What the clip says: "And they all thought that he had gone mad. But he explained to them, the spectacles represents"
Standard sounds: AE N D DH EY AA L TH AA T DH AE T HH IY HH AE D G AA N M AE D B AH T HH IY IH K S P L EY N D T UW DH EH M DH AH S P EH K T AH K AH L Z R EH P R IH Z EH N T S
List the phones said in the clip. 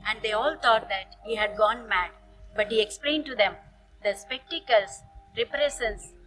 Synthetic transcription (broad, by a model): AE N D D EY AA L T AA T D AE T HH IY HH AE D G AA N M AE D B AH T HH IY IH K S P L EY N D T UW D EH M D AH S P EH K T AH K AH L S R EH P R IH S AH N S